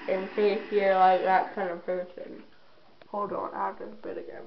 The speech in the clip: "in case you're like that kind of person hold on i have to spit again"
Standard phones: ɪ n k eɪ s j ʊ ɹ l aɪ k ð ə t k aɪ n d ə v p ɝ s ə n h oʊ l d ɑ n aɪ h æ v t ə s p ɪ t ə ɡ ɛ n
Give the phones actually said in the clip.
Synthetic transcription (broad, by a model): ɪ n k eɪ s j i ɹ l aɪ k ð ə t k aɪ n d ə v p ɝ s ə n h oʊ l d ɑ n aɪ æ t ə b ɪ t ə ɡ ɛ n